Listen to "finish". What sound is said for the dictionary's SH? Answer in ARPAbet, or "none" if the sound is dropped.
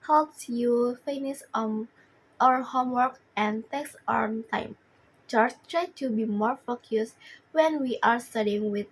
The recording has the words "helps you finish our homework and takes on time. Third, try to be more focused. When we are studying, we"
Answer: S